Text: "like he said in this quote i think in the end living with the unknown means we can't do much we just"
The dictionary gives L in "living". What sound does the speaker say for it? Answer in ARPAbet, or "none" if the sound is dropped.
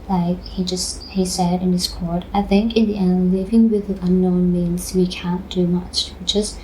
L